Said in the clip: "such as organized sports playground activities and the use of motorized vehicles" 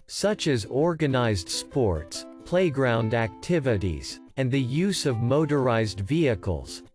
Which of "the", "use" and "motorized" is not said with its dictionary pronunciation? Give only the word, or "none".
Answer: none